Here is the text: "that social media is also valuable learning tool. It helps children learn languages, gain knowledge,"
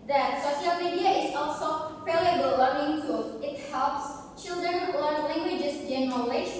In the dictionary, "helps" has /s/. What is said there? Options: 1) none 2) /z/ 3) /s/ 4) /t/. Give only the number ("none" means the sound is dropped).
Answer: 3